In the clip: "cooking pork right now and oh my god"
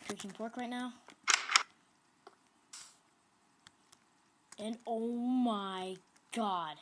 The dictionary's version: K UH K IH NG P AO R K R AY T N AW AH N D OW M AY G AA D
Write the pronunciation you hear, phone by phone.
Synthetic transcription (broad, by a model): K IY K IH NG P AO R K R AY T N AW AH N OW M AY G AA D